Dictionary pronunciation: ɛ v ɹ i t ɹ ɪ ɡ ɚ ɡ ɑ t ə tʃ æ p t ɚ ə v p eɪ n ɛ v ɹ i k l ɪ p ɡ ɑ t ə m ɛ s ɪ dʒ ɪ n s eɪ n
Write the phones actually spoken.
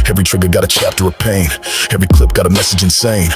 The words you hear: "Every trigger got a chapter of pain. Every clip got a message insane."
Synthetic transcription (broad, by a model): ɛ v ɹ i t ɹ ɪ ɡ ɚ ɡ ɑ t ə tʃ æ p t ɚ ə v p eɪ n ɛ v ɹ i k l ɪ p ɡ ɑ t ə m ɛ s ɪ dʒ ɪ n s eɪ n